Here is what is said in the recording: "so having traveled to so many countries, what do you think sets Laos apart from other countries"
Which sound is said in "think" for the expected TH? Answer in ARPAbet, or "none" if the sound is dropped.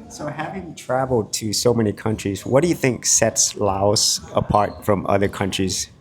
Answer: TH